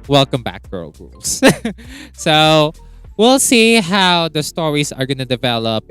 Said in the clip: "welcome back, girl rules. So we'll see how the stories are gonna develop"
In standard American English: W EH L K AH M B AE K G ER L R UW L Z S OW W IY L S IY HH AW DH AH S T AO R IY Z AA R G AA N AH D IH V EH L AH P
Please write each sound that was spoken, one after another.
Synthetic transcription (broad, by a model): W EH L K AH M B AE K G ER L R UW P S S OW W IY L S IY HH AW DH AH S T AO R IY S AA R G AA N AH D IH V EH L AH P